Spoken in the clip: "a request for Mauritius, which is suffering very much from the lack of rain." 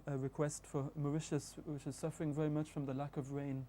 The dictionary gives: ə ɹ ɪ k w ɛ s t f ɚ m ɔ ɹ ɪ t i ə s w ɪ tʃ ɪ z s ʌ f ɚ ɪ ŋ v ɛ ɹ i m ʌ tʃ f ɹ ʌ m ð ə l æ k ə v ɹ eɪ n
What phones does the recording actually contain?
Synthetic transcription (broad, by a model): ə ɹ ɪ k w ɛ s t f ɚ m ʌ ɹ ɪ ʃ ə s w ɪ tʃ ɪ z s ʌ f ɚ ɪ ŋ v ɛ ɹ i m ʌ tʃ f ɹ ʌ m ð ə l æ k ə v ɹ eɪ n